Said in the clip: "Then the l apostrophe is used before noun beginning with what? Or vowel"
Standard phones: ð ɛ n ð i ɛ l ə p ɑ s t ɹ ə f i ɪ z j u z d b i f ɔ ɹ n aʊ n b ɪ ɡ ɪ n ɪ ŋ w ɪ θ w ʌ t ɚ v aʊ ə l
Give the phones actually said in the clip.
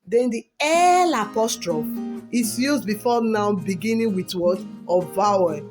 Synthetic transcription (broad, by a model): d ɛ n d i ɛ l ə p ɑ s t ɹ ə f i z j u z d b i f ɔ n aʊ b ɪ ɡ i n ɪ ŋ w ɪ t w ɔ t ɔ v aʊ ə